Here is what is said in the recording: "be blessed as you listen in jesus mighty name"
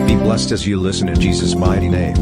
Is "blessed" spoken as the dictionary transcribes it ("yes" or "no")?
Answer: yes